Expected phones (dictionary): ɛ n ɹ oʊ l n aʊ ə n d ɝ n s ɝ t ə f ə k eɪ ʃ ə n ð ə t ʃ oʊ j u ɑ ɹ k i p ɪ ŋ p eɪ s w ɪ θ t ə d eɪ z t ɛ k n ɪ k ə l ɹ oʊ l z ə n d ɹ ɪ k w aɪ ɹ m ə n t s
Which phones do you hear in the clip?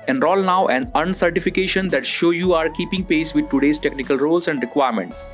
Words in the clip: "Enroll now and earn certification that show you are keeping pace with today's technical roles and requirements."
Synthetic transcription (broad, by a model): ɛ n ɹ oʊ l n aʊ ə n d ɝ n s ɝ t ə f ə k eɪ ʃ ə n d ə t ʃ oʊ j u ɑ ɹ k i p ɪ ŋ p eɪ s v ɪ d t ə d eɪ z t ɛ k n ɪ k ə l ɹ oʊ l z ə n d ɹ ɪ k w aɪ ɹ m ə n t s